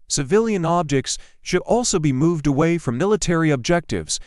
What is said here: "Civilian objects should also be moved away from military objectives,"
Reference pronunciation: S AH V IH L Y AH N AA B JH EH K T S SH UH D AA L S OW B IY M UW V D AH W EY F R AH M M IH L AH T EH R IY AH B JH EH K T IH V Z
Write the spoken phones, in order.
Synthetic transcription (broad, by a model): S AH V IH L Y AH N AA B JH EH K T S SH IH D AA L S OW B IY M UW V D AH W EY F R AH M M IH L AH T EH R IY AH B JH EH K T IH V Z